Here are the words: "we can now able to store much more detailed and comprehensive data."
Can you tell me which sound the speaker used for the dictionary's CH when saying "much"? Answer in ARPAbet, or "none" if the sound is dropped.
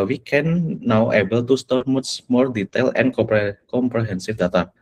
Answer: S